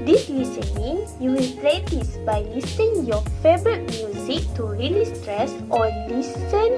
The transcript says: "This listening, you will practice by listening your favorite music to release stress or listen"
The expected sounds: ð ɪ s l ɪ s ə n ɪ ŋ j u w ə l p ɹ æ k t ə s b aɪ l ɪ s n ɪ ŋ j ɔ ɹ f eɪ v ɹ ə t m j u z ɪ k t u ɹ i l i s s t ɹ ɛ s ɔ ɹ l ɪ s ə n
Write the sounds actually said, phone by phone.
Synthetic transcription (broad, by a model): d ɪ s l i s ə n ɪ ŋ j u w ə l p l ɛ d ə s b aɪ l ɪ s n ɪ ŋ j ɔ f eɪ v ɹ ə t m j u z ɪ k t u ɹ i l i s s t ɹ ɛ s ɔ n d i s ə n